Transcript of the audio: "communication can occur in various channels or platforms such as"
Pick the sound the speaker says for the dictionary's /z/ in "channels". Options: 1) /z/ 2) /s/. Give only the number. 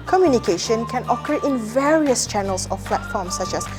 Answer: 2